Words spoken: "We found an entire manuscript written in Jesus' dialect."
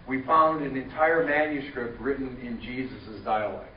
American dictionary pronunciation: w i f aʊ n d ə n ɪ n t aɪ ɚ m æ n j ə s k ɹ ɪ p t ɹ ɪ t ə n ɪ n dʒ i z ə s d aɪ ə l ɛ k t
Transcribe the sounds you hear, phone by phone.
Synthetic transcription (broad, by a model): w i f aʊ n d ə n ɪ n t aɪ ɚ m æ n j ə s k ɹ ɪ p t ɹ ɪ t n ɪ n dʒ i z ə s d aɪ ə l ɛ k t